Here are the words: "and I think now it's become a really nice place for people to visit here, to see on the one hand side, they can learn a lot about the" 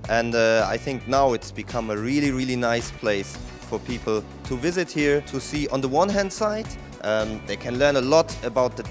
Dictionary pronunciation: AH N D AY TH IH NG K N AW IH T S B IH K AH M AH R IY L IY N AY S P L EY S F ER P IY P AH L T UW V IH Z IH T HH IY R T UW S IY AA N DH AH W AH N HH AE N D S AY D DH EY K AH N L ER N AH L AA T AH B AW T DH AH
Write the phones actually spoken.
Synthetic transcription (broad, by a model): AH N D AY TH IH NG K N AW IH T S B IH K AH M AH R IY L IY N AY S P L EY S F ER P IY P L T UW V IH Z IH T HH IY R T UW S IY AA N DH AH W AH N HH AE N D S AY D DH EY K AH N L ER N AH L AA T AH B AW T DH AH